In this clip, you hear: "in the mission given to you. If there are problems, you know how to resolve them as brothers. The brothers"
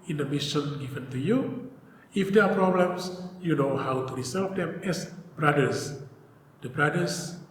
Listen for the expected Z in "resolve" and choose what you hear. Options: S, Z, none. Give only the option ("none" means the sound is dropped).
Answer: S